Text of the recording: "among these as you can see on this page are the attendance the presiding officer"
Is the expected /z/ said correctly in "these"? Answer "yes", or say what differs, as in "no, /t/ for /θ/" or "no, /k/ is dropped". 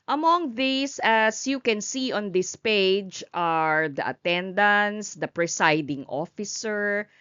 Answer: no, /s/ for /z/